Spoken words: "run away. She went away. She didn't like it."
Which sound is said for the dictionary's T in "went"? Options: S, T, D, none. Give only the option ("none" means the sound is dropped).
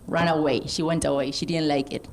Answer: T